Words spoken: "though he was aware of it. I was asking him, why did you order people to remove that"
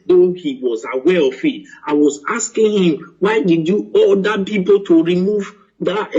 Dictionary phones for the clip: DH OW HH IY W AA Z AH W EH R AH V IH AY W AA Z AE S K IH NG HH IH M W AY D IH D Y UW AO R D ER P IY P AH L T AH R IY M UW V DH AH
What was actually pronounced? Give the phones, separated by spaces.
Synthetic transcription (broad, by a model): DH OW HH IY W AA Z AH W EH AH F IH AY W AA Z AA S K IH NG HH IH M W AY D IH D Y UW AO L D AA P IY P AH L T AH R IY M UW V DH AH